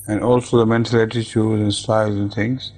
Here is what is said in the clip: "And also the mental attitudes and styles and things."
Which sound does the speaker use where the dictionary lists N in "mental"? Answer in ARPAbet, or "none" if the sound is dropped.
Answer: N